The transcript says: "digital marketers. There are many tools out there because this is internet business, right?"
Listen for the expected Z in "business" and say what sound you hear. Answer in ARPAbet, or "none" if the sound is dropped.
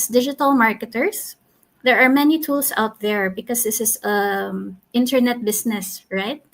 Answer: S